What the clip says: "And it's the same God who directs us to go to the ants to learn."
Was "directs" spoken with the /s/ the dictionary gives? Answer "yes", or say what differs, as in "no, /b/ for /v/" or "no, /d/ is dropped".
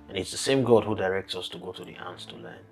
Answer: yes